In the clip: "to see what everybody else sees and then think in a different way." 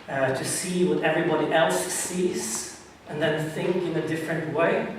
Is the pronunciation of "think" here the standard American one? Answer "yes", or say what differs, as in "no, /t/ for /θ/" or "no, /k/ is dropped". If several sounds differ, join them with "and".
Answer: yes